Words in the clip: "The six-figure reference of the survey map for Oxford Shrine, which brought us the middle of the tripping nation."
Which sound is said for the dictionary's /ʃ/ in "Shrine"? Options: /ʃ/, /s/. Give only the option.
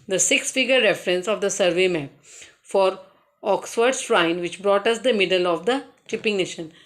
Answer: /s/